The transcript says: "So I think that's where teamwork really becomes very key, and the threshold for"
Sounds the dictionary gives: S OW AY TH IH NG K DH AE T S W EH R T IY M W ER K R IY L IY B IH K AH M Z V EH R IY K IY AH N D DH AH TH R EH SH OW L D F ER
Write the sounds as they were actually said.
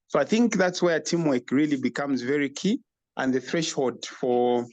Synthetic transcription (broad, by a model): S OW AY TH IH NG K DH AE T S W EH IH T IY M W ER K R IY L IY B IH K AH M Z V EH R IY K IY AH N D DH AH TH R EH SH OW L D F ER